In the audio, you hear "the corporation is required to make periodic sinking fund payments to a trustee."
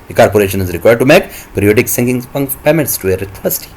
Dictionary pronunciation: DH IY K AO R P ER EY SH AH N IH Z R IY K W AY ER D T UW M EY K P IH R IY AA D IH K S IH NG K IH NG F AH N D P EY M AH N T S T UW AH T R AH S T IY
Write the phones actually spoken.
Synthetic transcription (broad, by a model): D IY K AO R P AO EY SH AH N IH Z R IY K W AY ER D T UW M EY K P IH R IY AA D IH K S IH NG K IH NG P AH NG P EY M AH N T S T UW AH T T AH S T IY